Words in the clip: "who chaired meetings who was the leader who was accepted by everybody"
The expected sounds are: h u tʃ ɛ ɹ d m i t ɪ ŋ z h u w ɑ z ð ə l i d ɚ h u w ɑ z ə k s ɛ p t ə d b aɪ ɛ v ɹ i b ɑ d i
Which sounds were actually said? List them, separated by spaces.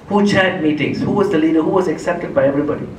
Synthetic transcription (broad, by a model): h u tʃ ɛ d m i t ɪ ŋ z h u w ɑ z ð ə l i d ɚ h u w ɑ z ə k s ɛ p t ə d b aɪ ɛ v ɹ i b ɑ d i